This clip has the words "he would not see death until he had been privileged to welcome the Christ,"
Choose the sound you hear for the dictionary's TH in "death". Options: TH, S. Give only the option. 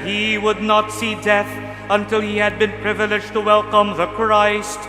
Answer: TH